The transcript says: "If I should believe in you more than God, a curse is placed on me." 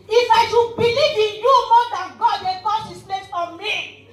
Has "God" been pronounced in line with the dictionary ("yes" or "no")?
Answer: yes